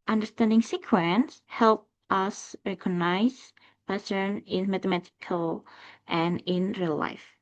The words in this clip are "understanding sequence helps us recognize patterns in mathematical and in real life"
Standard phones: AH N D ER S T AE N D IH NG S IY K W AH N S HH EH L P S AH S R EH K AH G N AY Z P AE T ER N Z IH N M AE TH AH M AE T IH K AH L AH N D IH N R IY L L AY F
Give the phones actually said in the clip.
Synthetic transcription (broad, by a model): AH N D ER S T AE N D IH NG S IY K W AH N S HH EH L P AH S R EH K AH G N AY Z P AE S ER N IH N M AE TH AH M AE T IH K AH L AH N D IH N R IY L L AY F